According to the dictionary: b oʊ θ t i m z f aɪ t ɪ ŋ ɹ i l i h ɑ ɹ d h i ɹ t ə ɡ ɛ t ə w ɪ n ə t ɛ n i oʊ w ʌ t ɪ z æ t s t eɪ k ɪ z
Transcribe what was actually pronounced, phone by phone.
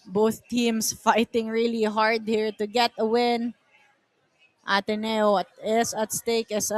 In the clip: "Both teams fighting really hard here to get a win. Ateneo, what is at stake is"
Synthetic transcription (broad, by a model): b oʊ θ t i m s f aɪ t ɪ ŋ ɹ i l i h ɑ ɹ d h i ɹ t ə ɡ ɛ t ə w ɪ n ə t ɛ n i oʊ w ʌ t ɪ s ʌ t s t eɪ k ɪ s